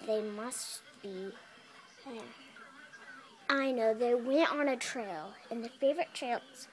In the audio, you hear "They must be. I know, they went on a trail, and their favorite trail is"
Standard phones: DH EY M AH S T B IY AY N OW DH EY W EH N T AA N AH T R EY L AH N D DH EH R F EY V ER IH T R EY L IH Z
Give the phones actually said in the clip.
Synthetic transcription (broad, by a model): DH EY M AH S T B IY AY N OW DH EY W EH N T N AH T R EY L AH N DH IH F EY V ER IH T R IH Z